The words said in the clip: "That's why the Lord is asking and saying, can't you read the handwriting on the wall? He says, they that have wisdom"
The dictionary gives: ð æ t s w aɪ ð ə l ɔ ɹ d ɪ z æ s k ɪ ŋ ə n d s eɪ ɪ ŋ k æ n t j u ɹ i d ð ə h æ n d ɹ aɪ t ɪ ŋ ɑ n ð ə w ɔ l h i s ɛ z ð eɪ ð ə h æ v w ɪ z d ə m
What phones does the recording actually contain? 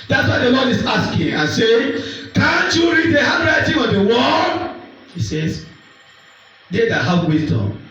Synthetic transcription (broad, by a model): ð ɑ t s w aɪ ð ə l ɔ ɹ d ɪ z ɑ s k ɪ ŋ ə n s eɪ ɪ ŋ k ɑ n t j u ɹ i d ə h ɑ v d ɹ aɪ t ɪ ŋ ɑ n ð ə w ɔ n h i s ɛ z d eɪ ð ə h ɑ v w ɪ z d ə m